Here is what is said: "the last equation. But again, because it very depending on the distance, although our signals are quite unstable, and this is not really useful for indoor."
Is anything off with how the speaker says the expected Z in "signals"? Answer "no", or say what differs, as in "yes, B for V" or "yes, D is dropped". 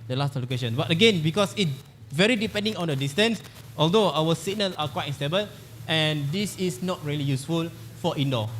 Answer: yes, Z is dropped